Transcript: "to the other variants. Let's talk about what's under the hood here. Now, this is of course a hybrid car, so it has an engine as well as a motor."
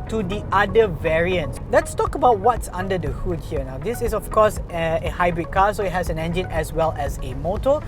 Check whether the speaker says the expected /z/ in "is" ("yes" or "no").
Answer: no